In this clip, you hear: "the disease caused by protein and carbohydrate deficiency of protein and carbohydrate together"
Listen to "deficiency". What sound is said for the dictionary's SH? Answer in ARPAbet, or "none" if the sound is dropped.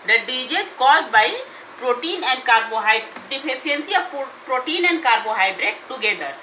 none